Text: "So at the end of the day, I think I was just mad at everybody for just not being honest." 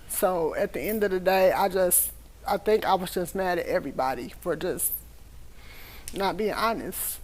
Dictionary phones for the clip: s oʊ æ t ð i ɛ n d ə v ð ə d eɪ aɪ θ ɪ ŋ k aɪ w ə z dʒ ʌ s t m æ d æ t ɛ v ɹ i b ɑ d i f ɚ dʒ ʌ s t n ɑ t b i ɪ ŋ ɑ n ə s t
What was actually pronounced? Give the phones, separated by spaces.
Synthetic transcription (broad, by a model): s oʊ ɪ t ð i ɛ n d ə v ð ə d eɪ aɪ θ ɪ ŋ k aɪ w ə z dʒ ʌ s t m æ d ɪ t ɛ v ɹ i b ɑ d i f ɚ dʒ ʌ s t n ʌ t b i ɪ ŋ ɑ n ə s t